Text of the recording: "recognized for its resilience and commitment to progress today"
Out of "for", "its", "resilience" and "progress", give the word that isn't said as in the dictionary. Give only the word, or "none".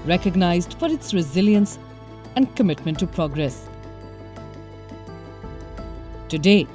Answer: none